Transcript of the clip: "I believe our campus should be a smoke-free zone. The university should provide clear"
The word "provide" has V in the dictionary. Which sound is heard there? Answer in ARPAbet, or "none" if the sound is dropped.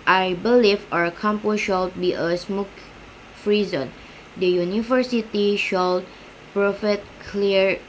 F